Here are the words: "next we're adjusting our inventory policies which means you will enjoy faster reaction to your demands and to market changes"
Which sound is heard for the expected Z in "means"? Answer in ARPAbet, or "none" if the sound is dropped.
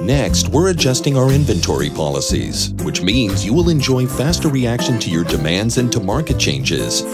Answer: Z